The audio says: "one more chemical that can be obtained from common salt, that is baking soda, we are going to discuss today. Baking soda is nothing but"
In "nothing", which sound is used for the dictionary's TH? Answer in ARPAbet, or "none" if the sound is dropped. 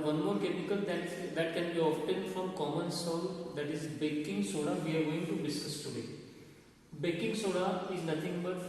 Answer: T